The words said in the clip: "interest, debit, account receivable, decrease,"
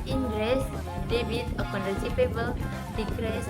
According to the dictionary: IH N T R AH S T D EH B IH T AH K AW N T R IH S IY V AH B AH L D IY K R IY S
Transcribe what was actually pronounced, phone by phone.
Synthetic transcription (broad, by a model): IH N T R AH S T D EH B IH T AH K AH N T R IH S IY P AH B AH L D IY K R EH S